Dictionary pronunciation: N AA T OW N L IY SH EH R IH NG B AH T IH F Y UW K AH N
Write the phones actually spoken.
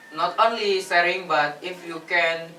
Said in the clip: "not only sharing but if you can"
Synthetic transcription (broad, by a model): N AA T OW N L IY S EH R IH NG B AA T IH F Y UW K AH N